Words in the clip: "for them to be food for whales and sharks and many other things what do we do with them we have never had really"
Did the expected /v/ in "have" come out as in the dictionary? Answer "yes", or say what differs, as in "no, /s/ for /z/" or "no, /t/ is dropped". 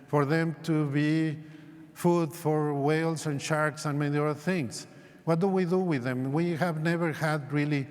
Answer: yes